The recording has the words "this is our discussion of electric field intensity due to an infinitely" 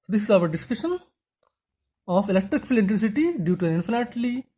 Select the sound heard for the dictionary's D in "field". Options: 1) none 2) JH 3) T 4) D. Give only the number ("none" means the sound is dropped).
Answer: 1